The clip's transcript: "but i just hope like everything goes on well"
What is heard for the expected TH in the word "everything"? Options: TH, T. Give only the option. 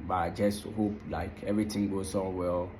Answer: T